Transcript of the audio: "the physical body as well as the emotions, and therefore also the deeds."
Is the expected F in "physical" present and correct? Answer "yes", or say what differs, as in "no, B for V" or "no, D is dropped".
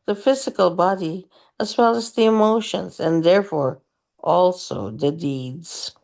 yes